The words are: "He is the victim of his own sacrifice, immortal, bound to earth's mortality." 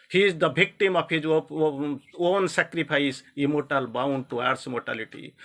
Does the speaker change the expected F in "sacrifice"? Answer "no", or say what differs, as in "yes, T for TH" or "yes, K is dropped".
yes, P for F